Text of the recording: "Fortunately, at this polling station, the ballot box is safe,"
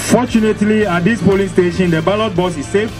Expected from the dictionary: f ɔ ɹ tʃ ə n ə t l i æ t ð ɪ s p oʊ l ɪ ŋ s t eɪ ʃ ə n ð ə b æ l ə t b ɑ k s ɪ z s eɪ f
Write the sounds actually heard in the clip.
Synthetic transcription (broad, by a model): f ɔ tʃ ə n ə t l i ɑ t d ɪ s p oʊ l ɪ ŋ s t eɪ ʃ ə n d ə b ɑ l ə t b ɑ s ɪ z s eɪ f